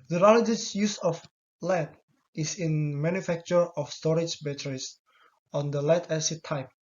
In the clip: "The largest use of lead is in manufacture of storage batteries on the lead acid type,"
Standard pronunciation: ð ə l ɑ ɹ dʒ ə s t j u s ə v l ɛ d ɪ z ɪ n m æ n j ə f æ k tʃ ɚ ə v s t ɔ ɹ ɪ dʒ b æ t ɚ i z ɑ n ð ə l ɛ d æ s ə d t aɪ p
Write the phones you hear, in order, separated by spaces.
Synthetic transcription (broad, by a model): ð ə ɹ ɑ l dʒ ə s j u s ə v l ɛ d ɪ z ɪ n m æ n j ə f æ k tʃ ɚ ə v s t ɔ ɹ ɪ dʒ b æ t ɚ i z ɑ n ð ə l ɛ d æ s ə t aɪ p